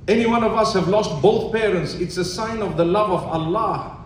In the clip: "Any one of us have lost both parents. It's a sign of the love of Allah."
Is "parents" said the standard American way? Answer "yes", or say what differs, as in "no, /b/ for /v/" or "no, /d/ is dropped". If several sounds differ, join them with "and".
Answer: yes